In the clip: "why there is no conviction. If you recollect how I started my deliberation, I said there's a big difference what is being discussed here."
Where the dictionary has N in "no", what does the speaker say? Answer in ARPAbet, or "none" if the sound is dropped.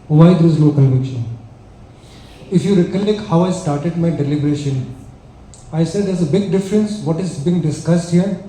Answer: L